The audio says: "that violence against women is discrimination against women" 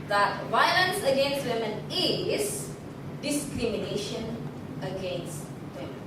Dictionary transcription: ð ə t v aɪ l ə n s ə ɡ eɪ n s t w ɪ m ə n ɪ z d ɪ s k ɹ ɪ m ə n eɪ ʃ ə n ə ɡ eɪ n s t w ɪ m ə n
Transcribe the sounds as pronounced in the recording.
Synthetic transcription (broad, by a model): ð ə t v aɪ l ə n s ə ɡ eɪ n s t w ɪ m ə n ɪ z d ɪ s k ɹ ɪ m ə n eɪ ʃ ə n ə ɡ eɪ n s t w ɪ m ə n